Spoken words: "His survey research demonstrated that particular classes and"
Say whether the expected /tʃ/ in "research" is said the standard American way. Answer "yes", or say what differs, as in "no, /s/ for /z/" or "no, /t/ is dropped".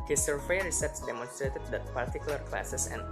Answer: no, /s/ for /tʃ/